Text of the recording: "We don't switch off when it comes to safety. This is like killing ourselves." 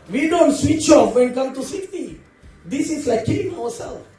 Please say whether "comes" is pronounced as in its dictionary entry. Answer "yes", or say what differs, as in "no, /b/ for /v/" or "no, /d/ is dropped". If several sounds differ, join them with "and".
no, /z/ is dropped